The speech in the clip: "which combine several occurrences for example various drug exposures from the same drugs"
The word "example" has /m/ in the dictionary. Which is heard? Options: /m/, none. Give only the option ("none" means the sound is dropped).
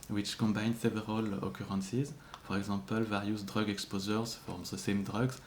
none